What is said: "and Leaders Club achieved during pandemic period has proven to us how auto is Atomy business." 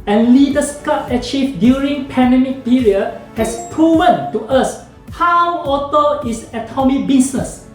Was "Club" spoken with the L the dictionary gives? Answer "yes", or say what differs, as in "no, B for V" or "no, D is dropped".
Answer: no, L is dropped